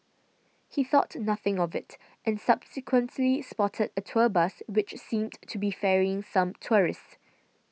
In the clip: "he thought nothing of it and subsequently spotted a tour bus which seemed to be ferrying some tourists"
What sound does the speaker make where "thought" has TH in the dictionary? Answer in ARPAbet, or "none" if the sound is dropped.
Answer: TH